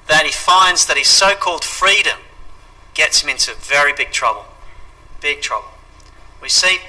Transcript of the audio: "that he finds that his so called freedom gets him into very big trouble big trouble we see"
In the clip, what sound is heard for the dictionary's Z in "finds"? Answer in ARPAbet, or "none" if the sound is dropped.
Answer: Z